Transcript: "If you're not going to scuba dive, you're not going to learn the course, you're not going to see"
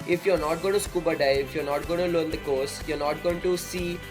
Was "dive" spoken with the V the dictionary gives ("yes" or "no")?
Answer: no